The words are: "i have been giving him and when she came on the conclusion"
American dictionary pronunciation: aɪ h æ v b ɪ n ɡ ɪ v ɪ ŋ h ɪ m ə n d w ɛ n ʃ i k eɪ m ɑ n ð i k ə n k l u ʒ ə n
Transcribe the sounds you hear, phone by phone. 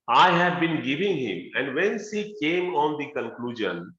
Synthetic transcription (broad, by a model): aɪ h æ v b ɪ n ɡ ɪ v ɪ ŋ h ɪ m ə n d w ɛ n s i k eɪ m ɑ n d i k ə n k l u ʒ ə n